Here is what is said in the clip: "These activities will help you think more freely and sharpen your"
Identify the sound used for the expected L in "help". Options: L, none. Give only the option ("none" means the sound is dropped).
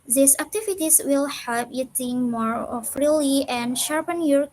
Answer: none